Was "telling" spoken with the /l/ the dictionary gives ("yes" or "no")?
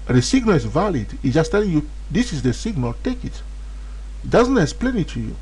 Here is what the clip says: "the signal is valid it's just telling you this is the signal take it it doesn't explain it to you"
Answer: yes